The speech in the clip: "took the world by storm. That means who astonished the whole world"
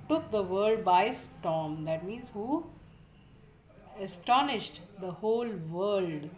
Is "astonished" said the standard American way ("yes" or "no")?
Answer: yes